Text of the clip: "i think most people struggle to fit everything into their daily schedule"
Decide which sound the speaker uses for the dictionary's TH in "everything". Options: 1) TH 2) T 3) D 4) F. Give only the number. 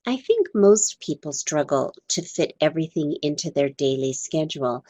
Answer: 1